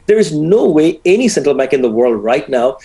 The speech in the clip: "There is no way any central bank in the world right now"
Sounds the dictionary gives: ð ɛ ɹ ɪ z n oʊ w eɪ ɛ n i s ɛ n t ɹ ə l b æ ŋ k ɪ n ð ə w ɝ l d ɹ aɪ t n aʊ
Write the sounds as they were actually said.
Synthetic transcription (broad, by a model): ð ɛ ɹ ɪ z n oʊ w eɪ ɛ n i s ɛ n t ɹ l b æ ŋ k ɪ n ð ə w ɝ l d ɹ aɪ t n aʊ